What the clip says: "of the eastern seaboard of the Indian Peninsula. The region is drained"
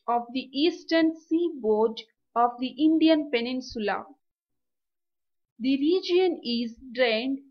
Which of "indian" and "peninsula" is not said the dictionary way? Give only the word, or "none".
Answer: none